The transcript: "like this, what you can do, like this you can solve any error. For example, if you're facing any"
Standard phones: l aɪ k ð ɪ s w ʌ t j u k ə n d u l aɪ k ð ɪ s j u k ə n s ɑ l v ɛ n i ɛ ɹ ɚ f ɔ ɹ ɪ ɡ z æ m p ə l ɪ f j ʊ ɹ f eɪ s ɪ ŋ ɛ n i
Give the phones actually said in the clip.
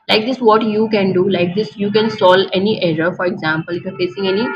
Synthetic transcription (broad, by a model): l aɪ k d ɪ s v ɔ t j u k ə n d u l aɪ k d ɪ s j u k ə n s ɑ l ɛ n i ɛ ɹ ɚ f ɔ ɹ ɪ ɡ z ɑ m p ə l ɪ f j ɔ ɹ f eɪ s ɪ ŋ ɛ n i